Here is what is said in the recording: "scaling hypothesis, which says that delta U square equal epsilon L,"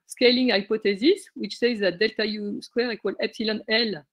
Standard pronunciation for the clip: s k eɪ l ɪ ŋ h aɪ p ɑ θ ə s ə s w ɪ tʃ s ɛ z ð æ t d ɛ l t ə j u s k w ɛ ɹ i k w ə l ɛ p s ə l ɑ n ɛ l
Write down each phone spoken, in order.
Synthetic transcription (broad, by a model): s k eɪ l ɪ ŋ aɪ p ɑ t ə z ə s w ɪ tʃ s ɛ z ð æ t d ɛ l t ə j u s k w ɛ ɹ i k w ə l ɛ p s ə l ɑ n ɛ l